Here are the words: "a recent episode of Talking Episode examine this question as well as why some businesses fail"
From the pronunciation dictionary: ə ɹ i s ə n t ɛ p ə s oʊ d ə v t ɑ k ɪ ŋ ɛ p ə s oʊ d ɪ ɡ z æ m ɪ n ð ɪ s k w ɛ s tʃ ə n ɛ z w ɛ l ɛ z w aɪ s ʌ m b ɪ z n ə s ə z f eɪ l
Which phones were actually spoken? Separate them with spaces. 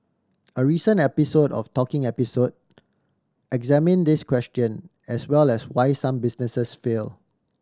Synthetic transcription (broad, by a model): ə ɹ i s ə n ɛ p ə s oʊ d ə f t ɑ k ɪ ŋ ɛ p ə s oʊ d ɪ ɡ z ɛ m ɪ n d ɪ s k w ɛ s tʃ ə n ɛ s w ɛ l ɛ s w aɪ s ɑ m b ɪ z n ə s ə s f eɪ l